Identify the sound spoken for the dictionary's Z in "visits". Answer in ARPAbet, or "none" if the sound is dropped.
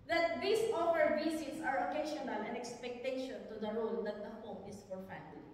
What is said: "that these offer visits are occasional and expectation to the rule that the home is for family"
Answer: S